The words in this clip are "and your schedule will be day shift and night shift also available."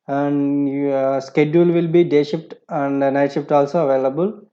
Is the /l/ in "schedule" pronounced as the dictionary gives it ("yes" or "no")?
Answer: yes